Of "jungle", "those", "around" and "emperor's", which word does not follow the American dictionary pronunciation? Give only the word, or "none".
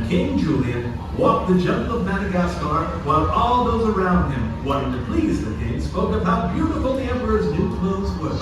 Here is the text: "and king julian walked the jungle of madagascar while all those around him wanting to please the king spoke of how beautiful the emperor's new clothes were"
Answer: jungle